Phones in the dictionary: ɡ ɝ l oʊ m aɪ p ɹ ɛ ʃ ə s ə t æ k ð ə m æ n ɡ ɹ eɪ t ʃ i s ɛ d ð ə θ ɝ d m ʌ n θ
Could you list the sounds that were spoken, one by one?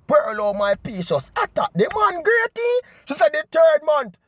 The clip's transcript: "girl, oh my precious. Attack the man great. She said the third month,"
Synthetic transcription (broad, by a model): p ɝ l oʊ m aɪ p i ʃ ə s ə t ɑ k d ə m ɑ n ɡ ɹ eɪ t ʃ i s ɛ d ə t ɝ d m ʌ n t